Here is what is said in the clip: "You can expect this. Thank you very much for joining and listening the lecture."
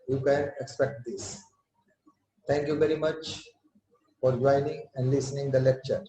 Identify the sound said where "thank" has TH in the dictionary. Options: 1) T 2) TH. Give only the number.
1